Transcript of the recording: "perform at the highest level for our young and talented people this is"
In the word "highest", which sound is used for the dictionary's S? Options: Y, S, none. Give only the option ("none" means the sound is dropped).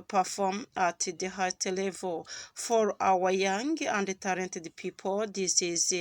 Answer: none